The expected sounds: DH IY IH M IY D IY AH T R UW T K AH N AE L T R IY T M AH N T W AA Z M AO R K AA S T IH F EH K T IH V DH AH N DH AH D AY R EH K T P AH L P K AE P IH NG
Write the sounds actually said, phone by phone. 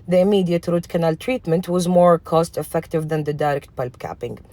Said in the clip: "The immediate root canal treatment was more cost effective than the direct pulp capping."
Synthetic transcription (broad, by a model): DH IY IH M IY D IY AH T R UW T K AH N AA L T R IY T M AH N T W AA Z M AO R K AA S T IH F EH K T IH V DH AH N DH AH D AY R EH K T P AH L B K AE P IH NG